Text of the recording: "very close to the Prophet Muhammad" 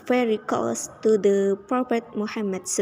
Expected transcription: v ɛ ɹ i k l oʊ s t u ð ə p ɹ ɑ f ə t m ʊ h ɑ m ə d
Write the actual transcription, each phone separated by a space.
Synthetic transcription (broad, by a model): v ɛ ɹ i k oʊ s t u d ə p ɹ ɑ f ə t m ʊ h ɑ m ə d